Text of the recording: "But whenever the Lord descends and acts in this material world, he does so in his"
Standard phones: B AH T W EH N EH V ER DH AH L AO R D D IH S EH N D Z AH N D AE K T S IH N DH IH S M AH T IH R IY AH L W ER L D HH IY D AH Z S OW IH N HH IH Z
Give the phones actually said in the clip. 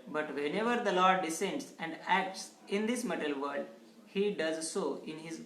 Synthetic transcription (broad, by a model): B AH T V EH N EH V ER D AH L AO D D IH S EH N D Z AH N D AE K T S IH N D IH S M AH T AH L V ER D HH IY D AH Z S OW IH N HH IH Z